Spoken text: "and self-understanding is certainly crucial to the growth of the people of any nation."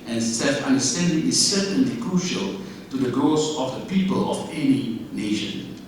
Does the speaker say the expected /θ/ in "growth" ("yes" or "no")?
no